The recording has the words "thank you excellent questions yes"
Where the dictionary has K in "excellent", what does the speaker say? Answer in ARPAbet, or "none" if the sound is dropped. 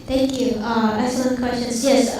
none